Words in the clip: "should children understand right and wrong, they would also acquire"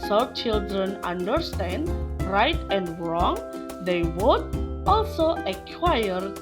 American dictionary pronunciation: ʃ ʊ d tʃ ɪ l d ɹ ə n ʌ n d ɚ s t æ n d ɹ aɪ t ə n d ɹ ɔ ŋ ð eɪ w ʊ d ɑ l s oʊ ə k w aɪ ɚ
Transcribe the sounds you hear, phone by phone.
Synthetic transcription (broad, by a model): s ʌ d tʃ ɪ l d ɹ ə n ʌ n d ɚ s t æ n d ɹ aɪ t ə n d ɹ ɔ ŋ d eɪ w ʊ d ɑ l s oʊ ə k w aɪ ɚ